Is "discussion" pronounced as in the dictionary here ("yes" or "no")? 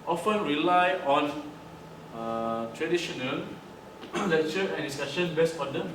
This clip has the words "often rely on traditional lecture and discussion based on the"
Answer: no